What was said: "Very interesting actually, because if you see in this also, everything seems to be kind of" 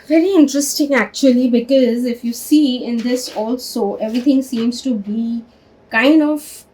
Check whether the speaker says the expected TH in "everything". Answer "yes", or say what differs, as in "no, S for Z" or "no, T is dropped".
no, T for TH